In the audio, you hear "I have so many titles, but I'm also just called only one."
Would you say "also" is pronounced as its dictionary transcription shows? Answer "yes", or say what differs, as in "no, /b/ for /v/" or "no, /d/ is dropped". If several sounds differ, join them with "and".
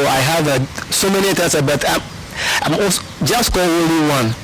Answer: no, /l/ is dropped